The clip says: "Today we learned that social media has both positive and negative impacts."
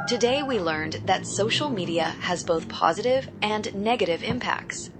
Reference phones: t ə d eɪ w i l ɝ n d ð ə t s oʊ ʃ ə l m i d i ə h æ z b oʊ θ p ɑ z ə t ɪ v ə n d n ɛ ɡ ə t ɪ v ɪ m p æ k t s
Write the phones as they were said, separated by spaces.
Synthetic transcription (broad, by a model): t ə d eɪ w i l ɝ n ð ə t s oʊ ʃ l m i d i ə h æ z b oʊ θ p ɑ z ə t ɪ v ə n n ɛ ɡ ə t ɪ v ɪ m p æ k t s